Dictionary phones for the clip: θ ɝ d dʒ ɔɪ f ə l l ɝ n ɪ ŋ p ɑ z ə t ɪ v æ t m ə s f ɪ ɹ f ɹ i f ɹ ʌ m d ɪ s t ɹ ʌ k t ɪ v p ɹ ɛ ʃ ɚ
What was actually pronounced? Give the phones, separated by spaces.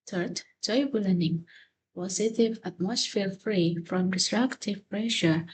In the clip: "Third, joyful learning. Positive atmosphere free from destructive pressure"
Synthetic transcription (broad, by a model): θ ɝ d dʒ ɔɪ ə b l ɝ n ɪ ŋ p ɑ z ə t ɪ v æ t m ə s f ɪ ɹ f ɹ i f ɹ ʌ m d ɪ s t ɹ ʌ k t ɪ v p ɹ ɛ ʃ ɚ